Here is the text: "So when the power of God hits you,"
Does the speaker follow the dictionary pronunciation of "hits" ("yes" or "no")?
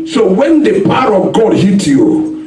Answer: no